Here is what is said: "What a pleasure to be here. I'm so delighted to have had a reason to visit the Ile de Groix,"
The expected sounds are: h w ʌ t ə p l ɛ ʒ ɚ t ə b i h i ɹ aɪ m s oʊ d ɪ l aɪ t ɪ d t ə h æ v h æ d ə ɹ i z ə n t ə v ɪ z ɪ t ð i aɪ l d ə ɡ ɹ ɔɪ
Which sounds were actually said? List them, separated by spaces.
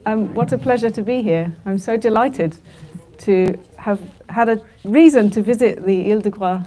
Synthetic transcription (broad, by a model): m w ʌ t ə p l ɛ ʒ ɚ t ə b i h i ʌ aɪ m s oʊ d ɪ l aɪ t ɪ d t ə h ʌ v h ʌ d ə ɹ i z ə n t ə v ɪ z ɪ t ð i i l d ə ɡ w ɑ